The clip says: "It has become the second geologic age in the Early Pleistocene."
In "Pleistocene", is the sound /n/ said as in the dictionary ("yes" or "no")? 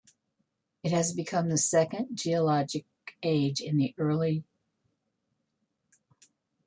no